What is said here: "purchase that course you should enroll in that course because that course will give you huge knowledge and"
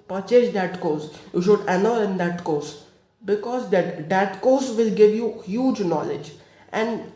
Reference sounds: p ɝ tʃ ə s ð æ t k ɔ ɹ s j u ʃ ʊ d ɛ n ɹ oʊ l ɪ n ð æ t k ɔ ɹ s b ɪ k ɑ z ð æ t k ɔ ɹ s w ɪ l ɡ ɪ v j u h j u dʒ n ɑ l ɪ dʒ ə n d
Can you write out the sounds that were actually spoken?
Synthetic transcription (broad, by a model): p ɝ tʃ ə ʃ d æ t k ɔ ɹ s j u ʃ ʊ d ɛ n oʊ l ɪ n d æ t k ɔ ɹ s b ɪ k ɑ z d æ t k ɔ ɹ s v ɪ l ɡ ɪ v j u h j u dʒ n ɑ l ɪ dʒ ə n d